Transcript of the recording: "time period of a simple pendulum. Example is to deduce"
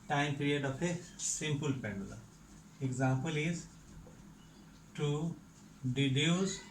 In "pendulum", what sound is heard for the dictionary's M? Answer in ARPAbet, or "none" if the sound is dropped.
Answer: none